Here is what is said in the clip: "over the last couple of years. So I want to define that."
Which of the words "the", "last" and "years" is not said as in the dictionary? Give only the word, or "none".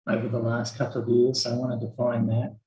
none